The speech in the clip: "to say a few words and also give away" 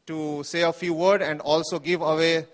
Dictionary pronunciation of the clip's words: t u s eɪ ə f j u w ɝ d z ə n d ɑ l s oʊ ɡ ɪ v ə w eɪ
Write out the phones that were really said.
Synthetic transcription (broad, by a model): t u s eɪ ə f j u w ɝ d ə n d ɑ l s oʊ ɡ ɪ v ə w eɪ